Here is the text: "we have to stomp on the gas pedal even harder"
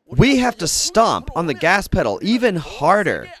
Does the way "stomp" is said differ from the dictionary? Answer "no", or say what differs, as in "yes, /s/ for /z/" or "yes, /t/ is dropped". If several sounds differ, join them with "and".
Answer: no